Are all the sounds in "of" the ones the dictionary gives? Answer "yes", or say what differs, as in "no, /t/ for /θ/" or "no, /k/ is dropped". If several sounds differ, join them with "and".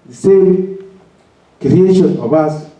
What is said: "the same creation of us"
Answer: no, /b/ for /v/